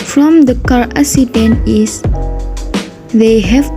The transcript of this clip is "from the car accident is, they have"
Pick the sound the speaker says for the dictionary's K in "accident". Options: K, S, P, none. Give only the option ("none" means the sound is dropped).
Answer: none